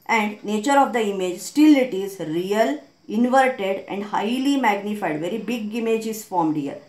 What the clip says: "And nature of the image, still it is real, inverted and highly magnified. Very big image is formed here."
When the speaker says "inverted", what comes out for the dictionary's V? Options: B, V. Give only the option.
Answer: V